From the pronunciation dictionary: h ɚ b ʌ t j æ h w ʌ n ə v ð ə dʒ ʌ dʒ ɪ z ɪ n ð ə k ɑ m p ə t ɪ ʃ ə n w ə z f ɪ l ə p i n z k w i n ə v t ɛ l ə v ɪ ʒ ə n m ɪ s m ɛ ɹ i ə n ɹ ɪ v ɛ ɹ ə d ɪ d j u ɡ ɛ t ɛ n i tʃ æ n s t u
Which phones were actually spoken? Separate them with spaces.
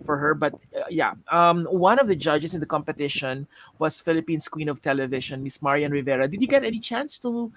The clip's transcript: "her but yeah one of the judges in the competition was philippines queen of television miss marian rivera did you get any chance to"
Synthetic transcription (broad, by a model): h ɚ b ʌ t j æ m w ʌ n ə v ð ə dʒ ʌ dʒ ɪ s ɪ n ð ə k ɑ m p ə t ɪ ʃ ə n w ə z f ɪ l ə p i n s k w i n ə v t ɛ l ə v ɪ ʃ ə n m ɪ s m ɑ ɹ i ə n ɹ ɪ v ɛ ɹ ə d ɪ d j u ɡ ɛ t ɛ n i tʃ æ n s t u